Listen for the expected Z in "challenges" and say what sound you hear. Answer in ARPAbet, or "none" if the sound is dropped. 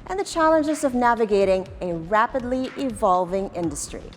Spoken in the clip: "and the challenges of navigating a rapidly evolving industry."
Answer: Z